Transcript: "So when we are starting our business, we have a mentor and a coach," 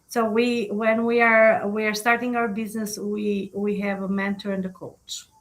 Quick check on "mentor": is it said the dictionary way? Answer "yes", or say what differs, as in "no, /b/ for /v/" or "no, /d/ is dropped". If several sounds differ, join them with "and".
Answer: yes